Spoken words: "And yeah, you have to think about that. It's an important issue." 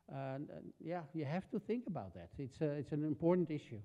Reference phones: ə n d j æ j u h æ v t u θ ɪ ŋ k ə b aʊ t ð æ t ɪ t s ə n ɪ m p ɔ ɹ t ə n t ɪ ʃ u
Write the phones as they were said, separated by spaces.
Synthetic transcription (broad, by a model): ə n j æ j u h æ f t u θ ɪ ŋ k ə b aʊ t ð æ t ɪ t s ə n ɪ m p ɔ ɹ t n t ɪ ʃ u